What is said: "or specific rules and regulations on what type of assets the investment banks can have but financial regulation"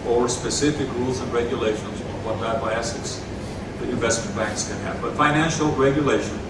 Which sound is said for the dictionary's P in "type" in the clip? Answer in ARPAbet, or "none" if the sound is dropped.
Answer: none